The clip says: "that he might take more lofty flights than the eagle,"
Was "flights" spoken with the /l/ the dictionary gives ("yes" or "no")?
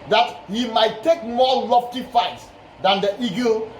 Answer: no